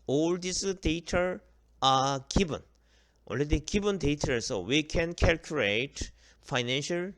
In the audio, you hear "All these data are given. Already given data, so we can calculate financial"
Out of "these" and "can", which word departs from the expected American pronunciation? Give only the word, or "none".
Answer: these